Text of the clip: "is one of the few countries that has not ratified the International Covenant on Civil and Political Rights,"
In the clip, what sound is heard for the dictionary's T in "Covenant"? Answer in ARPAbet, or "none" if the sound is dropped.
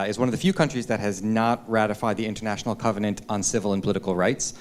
T